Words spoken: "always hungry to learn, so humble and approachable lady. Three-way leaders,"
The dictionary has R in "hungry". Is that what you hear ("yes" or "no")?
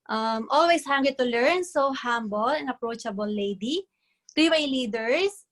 no